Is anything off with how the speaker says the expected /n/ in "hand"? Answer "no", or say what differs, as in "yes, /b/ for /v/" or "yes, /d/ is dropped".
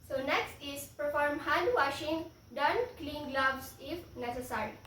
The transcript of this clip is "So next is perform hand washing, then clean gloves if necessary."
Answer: yes, /n/ is dropped